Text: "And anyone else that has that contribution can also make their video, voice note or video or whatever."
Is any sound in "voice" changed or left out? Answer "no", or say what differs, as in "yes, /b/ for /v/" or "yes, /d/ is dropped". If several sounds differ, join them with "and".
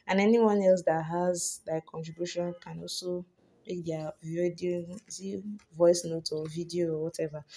no